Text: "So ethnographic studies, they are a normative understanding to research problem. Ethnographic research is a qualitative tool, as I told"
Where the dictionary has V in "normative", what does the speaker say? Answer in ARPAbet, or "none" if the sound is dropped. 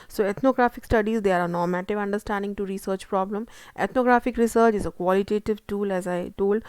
V